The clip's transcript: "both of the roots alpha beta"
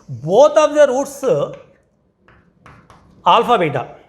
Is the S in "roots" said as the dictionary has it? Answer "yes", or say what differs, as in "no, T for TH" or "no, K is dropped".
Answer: yes